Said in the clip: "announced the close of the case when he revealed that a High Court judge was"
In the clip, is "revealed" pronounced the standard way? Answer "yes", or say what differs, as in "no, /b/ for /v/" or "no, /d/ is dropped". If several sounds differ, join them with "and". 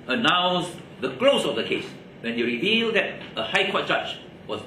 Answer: yes